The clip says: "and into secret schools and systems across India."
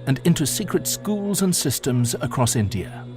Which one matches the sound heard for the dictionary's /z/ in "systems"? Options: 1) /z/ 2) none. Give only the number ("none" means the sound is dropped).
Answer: 1